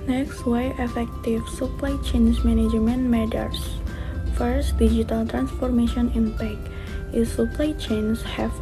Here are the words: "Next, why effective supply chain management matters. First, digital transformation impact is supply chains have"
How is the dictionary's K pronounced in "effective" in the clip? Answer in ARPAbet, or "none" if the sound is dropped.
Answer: K